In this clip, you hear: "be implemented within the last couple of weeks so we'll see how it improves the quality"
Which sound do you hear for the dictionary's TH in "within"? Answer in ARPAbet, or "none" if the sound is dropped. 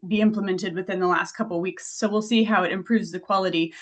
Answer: TH